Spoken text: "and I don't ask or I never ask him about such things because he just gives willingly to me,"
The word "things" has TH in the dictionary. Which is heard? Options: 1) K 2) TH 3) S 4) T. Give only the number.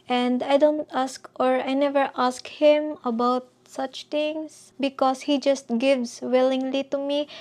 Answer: 4